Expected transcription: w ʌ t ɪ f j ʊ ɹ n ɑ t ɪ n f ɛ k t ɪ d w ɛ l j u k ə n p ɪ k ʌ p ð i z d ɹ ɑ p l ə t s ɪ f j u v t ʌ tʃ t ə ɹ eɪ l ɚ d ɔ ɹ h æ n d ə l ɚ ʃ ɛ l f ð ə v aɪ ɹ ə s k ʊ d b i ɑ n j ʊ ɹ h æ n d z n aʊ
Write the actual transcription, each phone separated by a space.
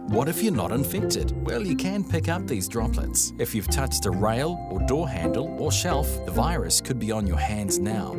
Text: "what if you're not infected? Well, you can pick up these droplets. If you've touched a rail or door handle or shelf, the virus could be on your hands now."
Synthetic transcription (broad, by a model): w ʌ t ɪ f j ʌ ɹ n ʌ t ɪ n f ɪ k t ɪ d w ɛ l j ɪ k ə n p ɪ k ʌ p ð i z d ɹ ɑ p l ə t s ɪ f j u v t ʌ tʃ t ə ɹ eɪ l ɚ d ɔ ɹ h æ n d l ɚ ʃ ɛ l f ð ə v aɪ ɹ ə s k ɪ d b i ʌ n j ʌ ɹ h æ n d z n aʊ